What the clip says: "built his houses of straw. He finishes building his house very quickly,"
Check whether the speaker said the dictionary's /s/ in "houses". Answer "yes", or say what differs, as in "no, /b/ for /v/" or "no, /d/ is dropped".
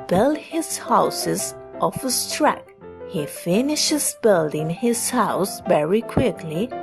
yes